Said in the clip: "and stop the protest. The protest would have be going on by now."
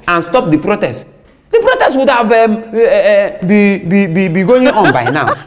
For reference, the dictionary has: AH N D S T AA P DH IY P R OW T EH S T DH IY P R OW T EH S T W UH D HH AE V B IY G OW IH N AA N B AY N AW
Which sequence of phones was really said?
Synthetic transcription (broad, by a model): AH N S T AA P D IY P R OW T EH S T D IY P R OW T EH S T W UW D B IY B B IY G OW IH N AA N B AY N AW